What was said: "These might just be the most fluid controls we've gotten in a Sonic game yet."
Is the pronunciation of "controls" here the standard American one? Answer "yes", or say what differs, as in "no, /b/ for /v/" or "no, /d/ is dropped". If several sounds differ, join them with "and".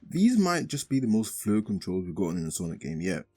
yes